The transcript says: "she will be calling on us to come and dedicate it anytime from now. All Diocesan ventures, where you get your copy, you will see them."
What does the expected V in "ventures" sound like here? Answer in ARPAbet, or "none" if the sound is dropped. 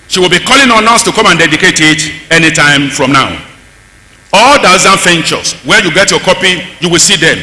F